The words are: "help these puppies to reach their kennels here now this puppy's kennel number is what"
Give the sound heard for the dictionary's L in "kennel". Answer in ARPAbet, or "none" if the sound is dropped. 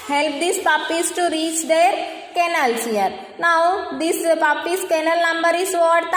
L